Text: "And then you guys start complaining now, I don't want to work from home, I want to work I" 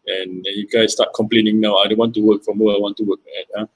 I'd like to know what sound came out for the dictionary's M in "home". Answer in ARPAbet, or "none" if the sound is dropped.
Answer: none